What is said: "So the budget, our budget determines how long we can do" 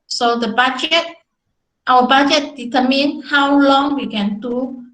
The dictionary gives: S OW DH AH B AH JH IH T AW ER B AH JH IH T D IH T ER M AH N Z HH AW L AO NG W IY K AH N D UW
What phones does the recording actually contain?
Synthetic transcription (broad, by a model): S OW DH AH B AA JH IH T AW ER B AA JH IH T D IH T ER M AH N HH AW L AO NG W IY K AH N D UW